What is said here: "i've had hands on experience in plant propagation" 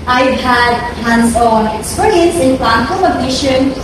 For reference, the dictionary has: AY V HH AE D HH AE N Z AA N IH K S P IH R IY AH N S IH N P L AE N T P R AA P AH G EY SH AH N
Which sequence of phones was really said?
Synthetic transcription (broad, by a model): AY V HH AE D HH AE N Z AA N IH K S P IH R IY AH N S IH N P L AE T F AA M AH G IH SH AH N